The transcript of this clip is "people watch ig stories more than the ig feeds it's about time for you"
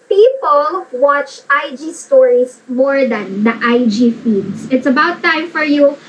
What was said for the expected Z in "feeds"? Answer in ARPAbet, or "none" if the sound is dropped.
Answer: S